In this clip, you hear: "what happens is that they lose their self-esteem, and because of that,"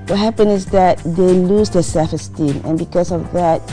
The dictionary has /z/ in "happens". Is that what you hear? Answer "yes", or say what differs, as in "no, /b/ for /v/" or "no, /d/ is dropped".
no, /z/ is dropped